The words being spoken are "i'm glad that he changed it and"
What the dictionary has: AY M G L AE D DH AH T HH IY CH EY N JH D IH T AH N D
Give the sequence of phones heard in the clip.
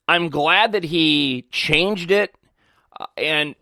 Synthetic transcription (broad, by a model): AY M G L AE D DH AH T HH IY CH EY N JH D IH T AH N